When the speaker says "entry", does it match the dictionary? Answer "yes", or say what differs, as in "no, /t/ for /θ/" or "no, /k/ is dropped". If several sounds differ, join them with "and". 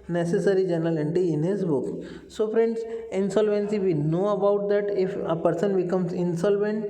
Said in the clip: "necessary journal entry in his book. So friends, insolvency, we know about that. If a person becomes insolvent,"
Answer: no, /ɹ/ is dropped